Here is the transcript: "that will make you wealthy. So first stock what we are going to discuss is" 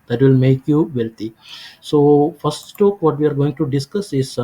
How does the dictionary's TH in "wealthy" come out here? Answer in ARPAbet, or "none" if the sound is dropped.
T